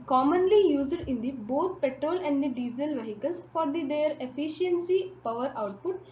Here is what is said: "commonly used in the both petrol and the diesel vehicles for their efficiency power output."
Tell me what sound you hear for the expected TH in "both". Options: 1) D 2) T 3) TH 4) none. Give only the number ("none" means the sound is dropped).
2